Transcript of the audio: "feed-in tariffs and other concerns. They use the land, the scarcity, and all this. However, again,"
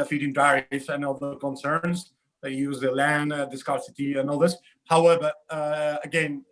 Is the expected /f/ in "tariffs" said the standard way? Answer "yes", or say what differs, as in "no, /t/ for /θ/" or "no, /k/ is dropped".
no, /f/ is dropped